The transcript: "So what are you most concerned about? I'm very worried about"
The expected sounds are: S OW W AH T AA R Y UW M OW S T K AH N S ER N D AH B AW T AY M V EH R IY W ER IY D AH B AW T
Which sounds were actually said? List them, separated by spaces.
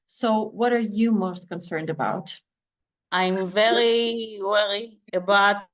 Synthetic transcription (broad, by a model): S OW W AH T AA R Y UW M OW S T K AH N S ER N D AH B AW T AY M V EH R IY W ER IY AH B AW T